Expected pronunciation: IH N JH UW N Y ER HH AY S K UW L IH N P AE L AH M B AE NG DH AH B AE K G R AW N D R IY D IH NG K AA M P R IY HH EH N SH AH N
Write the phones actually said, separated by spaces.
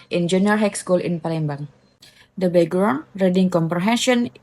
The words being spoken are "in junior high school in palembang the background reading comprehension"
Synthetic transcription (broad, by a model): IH N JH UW N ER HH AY S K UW L IH N P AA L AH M B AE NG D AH B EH G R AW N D R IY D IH NG K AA M P R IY HH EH N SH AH N